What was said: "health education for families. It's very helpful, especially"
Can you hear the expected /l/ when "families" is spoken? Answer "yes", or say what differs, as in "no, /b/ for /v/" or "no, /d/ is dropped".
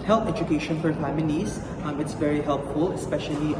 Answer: no, /n/ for /l/